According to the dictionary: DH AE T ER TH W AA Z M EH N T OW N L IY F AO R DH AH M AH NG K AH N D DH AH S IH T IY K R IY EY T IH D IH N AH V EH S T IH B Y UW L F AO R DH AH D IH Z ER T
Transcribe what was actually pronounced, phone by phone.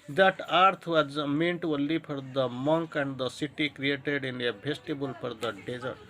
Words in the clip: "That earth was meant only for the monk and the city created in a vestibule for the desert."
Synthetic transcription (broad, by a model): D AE T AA T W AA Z M EH N T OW L IY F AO R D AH M AH NG K AH N D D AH S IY T IY K R IY EY T IH D IH N AH B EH S T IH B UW L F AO R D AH D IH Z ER T